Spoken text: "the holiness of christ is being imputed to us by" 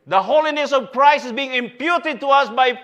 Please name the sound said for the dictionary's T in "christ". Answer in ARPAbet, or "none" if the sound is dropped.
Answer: none